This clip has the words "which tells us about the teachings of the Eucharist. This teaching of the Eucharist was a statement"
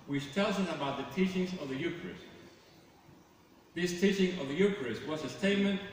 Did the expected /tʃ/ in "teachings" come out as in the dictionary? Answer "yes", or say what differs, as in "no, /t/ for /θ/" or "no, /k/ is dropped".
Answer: yes